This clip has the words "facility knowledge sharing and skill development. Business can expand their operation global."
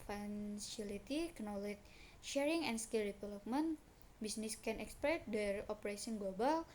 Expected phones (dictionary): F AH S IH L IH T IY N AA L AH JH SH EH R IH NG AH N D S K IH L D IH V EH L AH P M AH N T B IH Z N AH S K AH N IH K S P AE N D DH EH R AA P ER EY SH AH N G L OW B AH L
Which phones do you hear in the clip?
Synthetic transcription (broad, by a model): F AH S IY L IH T IY N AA L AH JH SH EH R IH NG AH N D S K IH L D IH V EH L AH P M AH N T B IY S N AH S K AH N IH K S P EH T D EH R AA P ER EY S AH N G L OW B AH L